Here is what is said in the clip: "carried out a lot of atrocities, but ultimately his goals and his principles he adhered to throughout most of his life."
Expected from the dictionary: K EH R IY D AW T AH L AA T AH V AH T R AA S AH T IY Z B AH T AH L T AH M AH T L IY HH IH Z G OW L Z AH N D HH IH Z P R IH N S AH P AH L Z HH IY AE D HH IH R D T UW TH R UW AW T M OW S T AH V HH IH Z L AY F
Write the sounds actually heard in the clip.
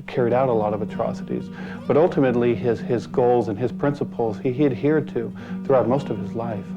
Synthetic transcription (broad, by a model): K EH R IY D AW T AH L AA T AH V AH T R AA S AH T IY Z B AH T AH L T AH M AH T L IY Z IH Z G OW L Z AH N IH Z P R IH N S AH P L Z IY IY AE D HH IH R D T UW TH R UW AW T M OW S T AH V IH Z L AY F